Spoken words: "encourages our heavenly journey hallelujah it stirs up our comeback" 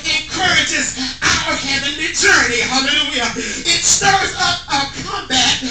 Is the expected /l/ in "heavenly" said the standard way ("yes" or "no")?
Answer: no